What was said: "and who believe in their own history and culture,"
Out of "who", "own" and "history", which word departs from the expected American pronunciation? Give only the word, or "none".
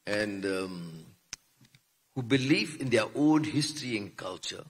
own